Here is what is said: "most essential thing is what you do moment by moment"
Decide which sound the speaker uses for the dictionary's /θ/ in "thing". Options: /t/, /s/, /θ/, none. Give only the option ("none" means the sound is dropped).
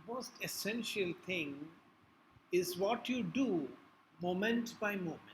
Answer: /t/